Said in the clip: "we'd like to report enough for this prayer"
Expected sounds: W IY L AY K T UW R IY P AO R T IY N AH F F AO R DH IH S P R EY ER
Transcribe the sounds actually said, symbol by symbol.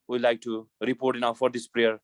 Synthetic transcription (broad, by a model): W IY L AY K T UW R IY P AO R T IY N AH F F AO R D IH S P R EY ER